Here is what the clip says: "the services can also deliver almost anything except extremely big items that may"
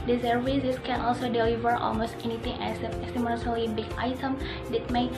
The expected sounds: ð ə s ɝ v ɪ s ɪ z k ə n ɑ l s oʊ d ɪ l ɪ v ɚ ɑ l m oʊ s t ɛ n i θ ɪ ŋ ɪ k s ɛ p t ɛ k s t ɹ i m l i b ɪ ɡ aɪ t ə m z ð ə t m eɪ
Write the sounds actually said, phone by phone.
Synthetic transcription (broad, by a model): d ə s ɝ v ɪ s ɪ s k ə n ɑ l s oʊ d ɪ l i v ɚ ɑ l m oʊ s t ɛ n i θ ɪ ŋ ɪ s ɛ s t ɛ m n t ʌ l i b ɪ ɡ aɪ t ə m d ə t m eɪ